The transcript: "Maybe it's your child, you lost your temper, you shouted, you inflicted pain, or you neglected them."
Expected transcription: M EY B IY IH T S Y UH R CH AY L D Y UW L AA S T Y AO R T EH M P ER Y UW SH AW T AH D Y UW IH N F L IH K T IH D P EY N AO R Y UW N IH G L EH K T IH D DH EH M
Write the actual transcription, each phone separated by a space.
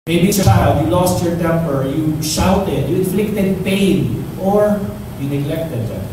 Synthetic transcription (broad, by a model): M EY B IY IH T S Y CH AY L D Y UW L AA S T Y AO R T EH M P ER Y UW SH AW T AH D Y UW IH N F L IH K T IH D P EY N AO R Y UW N IH G L EH K T IH D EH